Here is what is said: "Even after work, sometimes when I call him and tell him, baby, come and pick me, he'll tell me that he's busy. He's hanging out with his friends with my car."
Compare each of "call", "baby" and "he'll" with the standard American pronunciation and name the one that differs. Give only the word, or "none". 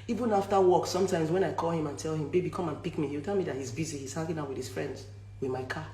he'll